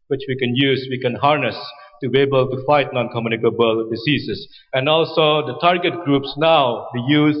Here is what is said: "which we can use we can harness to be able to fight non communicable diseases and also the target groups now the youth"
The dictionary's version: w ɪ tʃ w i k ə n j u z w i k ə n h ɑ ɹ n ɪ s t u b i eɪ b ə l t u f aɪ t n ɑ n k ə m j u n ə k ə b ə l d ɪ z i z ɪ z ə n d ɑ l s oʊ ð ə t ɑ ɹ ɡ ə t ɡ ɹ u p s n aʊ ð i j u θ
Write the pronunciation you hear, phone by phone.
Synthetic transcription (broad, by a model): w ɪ tʃ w i k ə n j u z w i k ə n h ɑ ɹ n ɪ s t u b i eɪ b ə l t u f aɪ t n ɑ n k ə m j u n ə k ə b ə l d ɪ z i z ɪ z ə n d ɑ l s oʊ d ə t ɑ ɹ ɡ ə t ɡ ɹ u p s n aʊ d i j u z